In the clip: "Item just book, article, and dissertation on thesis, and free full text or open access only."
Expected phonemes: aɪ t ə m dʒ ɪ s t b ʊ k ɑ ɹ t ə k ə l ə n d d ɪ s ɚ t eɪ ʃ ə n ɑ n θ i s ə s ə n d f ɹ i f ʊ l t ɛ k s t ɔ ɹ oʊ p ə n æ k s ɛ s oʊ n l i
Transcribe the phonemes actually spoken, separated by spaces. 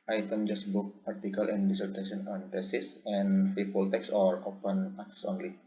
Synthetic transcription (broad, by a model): aɪ t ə m dʒ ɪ s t b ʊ k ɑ ɹ t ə k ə l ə n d d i s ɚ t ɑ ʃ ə n ɑ n t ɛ s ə s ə n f i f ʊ l t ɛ k s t ɔ ɹ oʊ p ə n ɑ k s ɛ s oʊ n l i